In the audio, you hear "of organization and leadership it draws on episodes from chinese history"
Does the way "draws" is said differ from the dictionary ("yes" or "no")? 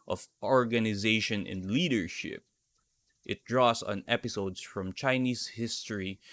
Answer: yes